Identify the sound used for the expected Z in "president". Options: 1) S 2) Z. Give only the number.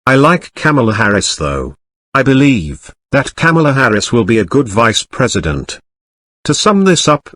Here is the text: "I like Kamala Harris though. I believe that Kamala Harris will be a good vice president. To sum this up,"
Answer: 2